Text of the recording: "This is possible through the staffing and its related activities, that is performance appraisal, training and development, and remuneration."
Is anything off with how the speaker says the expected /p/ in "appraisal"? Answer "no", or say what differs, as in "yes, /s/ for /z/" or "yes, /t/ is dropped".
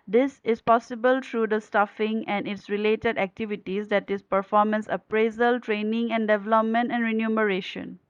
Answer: no